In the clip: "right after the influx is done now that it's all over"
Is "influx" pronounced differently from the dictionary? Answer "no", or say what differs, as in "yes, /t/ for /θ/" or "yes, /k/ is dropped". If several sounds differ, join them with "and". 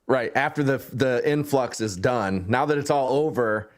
no